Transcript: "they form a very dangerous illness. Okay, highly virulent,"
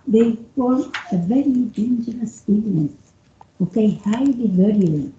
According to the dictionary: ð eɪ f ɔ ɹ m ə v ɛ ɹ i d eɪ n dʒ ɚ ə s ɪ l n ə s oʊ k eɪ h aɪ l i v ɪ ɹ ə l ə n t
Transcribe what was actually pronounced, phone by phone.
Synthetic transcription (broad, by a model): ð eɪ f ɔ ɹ ə v ɛ ɹ i d eɪ n dʒ ɚ ə s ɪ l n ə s oʊ k eɪ h aɪ l i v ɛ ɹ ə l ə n